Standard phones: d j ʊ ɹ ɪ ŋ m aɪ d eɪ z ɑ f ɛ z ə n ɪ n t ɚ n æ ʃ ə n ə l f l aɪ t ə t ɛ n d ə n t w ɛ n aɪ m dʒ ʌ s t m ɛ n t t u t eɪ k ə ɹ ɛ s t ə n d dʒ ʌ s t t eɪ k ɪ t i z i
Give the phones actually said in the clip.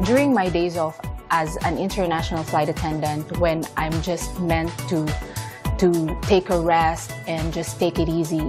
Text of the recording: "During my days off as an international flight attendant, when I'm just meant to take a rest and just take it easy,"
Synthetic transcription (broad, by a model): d j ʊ ɹ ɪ ŋ m aɪ d eɪ z ɑ f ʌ z ə n ɪ n t ɚ n æ ʃ ə n ə l f l aɪ t ə t ɛ n d ə n t w ɛ n aɪ m dʒ ʌ s t m ɛ n t t u t eɪ k ə ɹ ɛ s t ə n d dʒ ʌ s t t eɪ k ɪ t i z i